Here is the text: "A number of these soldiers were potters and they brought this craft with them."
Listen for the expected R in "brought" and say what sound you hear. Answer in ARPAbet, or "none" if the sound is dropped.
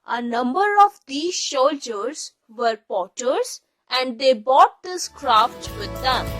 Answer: none